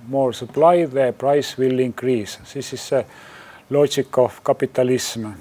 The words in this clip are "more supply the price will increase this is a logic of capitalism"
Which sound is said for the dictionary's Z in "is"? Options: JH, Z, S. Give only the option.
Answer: S